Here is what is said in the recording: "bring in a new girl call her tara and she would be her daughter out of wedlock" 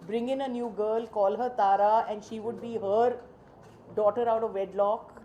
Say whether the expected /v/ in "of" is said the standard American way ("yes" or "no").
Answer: yes